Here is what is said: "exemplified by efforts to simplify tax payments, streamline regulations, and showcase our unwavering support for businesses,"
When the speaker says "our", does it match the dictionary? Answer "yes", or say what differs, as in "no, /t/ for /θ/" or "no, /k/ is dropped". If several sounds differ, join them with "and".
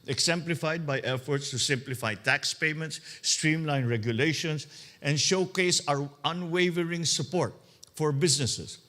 yes